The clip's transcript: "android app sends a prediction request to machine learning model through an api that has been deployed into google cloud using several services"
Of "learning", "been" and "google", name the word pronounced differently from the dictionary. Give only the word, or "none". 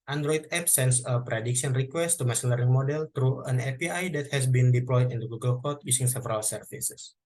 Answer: learning